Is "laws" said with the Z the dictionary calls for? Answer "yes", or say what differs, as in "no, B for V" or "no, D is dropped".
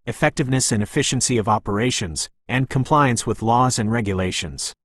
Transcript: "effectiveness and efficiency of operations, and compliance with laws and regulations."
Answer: yes